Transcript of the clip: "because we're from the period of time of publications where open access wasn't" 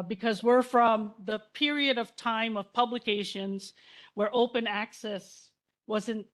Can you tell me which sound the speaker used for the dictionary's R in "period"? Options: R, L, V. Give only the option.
R